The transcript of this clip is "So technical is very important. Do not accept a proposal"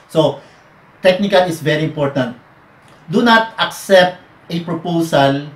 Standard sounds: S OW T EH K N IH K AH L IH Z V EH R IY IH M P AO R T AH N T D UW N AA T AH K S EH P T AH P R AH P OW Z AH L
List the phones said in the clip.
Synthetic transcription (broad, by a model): S OW T EH K N IH K AH L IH S V EH R IY IH M P AO R T AH N T D UW N AA T AH K S EH P T AH P R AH P OW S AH L